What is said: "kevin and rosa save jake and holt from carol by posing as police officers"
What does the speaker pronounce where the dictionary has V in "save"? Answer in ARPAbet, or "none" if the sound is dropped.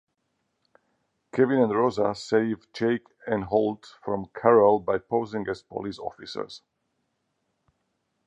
V